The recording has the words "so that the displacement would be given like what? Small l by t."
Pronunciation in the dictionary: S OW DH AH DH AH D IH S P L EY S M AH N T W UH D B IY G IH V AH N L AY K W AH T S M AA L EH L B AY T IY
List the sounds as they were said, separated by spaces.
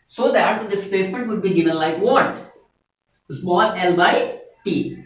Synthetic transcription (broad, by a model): S OW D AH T D IH S P L EY S M AH N T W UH D B IY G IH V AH N L AY K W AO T S M AA L EH L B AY T IY